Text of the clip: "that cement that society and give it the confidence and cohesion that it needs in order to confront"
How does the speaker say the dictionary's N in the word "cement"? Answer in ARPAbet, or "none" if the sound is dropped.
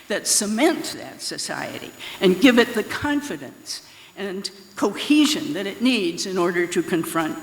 N